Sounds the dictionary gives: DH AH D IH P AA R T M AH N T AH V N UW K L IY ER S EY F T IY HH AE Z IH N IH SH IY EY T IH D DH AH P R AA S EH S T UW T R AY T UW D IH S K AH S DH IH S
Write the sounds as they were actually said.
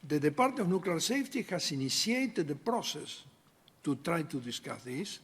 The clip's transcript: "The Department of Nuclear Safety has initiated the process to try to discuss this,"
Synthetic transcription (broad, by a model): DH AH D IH P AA R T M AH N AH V N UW K L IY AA S EY F T IY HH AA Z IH N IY S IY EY T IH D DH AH P R AA S EH S T UW T R AY T UW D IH S K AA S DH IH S